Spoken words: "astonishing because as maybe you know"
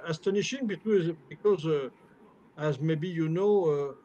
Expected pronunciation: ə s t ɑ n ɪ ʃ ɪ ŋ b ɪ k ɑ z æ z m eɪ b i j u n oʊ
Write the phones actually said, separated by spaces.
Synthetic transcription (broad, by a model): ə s t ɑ n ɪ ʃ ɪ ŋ b ɪ k ɑ z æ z m eɪ b i j u n oʊ